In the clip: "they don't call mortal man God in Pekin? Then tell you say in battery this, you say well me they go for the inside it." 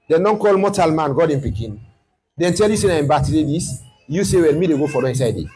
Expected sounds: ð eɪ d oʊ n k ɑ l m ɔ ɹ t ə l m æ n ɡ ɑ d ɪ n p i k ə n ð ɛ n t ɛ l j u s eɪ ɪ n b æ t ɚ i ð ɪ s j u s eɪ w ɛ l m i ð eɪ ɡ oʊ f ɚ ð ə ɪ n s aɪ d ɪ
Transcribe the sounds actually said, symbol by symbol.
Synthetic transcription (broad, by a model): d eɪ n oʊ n k ɑ l m ɔ t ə l m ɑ n ɡ ɑ d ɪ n p i k ə n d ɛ n t ɛ l j u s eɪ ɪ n b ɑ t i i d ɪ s j u s eɪ w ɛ n m i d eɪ ɡ oʊ f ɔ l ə ɪ n s aɪ d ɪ